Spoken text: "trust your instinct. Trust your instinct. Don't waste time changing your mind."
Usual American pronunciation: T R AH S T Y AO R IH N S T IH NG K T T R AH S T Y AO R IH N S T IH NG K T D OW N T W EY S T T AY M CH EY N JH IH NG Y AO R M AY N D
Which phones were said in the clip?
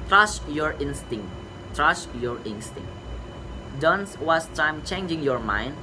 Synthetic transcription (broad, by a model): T R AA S Y AO R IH N S T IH NG T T R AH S Y AO R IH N S T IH NG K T D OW N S W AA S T T AY M CH EY N JH IH NG Y AO R M AY N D